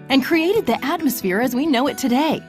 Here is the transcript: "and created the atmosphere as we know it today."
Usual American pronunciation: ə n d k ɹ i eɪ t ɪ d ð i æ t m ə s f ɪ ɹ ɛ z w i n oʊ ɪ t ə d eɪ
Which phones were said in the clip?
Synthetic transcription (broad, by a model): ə n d k ɹ i eɪ t ɪ d ð i æ t m ə s f ɪ ɹ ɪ z w i n oʊ ɪ t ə d eɪ